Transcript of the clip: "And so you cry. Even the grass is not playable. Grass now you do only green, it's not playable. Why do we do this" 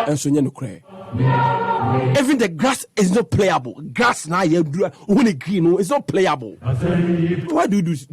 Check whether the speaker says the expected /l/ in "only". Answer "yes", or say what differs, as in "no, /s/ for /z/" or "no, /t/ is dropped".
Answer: no, /l/ is dropped